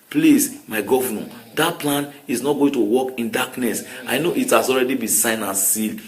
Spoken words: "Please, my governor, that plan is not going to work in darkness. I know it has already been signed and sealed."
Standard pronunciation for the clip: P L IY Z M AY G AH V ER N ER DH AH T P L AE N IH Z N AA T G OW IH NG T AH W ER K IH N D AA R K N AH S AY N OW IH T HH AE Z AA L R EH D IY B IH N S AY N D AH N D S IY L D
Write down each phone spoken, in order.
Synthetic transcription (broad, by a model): P L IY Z M AY G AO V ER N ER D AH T P L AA N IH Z N AA T G OW IH NG T AH W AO K IH N D AA K N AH S AY N OW IH T HH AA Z AA L R EH D IY B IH S AY N AH N S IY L